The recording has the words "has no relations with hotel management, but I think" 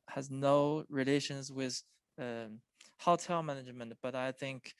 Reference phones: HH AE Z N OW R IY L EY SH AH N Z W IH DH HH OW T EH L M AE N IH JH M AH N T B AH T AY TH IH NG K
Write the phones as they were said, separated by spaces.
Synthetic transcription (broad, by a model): HH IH Z N OW R IY L EY SH AH N Z W IH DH HH OW T EH L M AE N IH JH M AH N T B AH T AY TH IH NG K